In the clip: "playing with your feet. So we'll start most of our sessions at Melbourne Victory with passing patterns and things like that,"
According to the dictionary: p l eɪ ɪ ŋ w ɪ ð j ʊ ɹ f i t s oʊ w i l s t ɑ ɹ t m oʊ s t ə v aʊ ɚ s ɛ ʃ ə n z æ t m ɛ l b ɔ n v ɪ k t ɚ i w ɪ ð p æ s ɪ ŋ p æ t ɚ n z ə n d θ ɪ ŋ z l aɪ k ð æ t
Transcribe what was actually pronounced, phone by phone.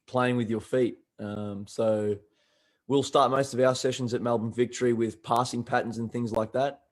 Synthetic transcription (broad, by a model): p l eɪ ɪ ŋ w ɪ ð j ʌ ɹ f i t s oʊ w i l s t ɑ ɹ t m oʊ s t ə v aʊ ɚ s ɛ ʃ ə n z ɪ t m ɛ l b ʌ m v ɪ k t ɚ i w ɪ ð p æ s ɪ ŋ p æ t n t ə n θ ɪ ŋ z l aɪ k ð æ t